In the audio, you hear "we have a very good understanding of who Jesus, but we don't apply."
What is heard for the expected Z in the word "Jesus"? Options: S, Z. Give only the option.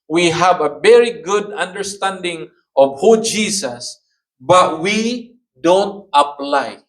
S